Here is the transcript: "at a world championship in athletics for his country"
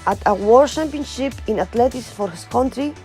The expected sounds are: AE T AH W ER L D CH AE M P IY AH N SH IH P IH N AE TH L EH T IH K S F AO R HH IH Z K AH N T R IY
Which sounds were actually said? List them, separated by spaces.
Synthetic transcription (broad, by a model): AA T AH W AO D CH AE M P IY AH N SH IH P IH N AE T L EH T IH S F AO R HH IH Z K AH N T R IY